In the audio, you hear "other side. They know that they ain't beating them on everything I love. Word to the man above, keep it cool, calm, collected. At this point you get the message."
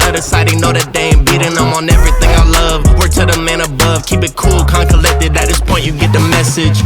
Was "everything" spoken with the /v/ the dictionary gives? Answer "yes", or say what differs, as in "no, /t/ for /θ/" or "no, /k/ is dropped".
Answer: yes